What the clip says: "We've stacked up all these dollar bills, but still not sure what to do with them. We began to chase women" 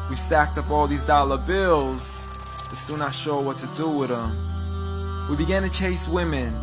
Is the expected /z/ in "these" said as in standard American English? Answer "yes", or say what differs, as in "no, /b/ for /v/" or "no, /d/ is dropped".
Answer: yes